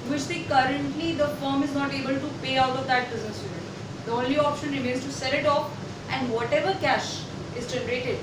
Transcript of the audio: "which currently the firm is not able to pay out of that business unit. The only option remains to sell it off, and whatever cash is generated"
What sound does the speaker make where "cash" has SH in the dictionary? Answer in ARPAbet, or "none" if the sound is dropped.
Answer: SH